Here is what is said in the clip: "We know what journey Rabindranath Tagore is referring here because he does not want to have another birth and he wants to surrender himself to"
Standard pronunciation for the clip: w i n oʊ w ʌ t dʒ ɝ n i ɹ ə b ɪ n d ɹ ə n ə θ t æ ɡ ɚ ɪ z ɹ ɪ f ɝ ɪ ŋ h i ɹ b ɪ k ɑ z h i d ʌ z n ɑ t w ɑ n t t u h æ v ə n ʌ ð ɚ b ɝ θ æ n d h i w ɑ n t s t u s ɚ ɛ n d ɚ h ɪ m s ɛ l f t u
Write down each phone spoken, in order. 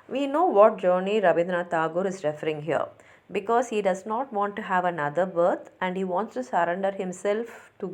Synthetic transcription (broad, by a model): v i n oʊ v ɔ t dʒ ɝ n i ɹ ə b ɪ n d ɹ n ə t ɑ ɡ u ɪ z ɹ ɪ f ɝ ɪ ŋ h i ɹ b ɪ k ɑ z h i d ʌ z n ɑ t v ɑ n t t u h æ v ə n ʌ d ɚ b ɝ t æ n d h i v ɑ n t s t u s ɚ ɛ n d ɚ h ɪ m s ɛ l f t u